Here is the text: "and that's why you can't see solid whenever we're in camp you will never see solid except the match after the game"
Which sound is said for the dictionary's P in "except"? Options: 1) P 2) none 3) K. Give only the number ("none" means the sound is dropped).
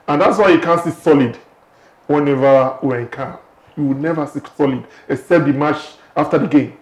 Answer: 2